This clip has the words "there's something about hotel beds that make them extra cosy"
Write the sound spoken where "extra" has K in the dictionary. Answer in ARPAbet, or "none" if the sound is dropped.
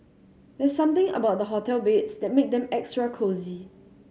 K